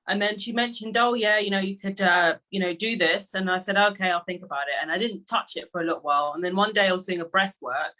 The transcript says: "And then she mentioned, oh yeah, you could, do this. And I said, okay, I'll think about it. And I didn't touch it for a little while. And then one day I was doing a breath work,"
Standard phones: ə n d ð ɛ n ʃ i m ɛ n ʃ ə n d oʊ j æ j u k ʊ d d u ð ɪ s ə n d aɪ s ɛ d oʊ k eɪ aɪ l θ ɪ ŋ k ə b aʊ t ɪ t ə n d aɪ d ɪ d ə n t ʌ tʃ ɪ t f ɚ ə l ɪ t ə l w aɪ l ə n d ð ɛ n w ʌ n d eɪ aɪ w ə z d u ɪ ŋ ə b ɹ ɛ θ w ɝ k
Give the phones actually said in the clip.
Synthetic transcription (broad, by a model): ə n ð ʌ n ʃ i m ɛ n ʃ ə n d oʊ j æ j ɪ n ʊ d d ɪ ð ɪ s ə n aɪ s ɛ d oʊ k eɪ aɪ l θ ɪ ŋ k ə b aʊ t ɪ t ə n aɪ d ɪ d n t ʌ tʃ ɪ t f ɚ ə l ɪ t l w aɪ l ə n ð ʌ n w ʌ n d eɪ aɪ w ə z d u ɪ ŋ ə b ɹ ɛ θ w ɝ k